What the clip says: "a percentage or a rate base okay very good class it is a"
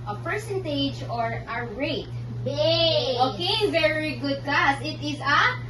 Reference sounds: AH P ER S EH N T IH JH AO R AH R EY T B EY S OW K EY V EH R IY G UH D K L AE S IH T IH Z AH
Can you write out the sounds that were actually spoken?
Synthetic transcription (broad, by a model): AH P ER S EH N T IH JH AO R AH R EY T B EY OW K EY V EH R IY G UH D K L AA S IH T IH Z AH